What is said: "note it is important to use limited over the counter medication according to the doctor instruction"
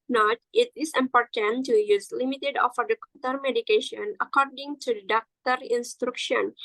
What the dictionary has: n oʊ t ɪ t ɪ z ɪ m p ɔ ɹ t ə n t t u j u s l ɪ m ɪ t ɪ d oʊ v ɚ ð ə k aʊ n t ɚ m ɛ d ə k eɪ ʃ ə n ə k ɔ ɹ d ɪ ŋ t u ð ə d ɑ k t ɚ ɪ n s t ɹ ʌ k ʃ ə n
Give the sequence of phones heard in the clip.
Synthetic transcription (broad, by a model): n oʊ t ɪ t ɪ s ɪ m p ɔ ɹ t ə n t t u j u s l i m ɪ t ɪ d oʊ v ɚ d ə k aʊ t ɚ m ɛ d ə k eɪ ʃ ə n ə k ɔ ɹ d ɪ ŋ t u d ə d ɑ k t ɚ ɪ n s t ɹ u k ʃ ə n